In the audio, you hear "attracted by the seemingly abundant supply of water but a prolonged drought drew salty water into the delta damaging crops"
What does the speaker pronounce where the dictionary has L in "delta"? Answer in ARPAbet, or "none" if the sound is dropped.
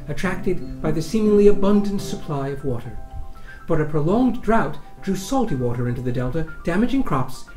L